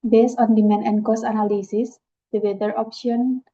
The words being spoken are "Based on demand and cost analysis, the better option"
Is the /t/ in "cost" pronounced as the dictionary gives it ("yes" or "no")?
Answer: no